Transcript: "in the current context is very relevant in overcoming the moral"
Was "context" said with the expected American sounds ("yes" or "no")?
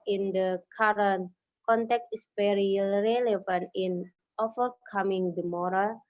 no